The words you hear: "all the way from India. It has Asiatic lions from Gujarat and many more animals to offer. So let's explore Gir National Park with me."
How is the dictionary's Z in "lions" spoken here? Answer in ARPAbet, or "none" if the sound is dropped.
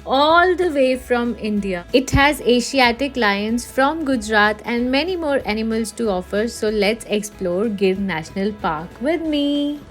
S